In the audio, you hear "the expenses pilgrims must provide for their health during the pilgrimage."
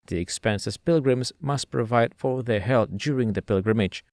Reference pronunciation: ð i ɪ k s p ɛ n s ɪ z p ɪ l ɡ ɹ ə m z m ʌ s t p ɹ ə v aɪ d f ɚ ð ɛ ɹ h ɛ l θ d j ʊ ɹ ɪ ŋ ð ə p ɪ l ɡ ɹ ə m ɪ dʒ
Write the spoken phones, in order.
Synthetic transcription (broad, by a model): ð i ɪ k s p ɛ n s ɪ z p ɪ l ɡ ɹ ə m z m ʌ s t p ɹ ə v aɪ d f ɚ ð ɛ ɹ h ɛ l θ d j ʊ ɹ ɪ ŋ ð ə p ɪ l ɡ ɹ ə m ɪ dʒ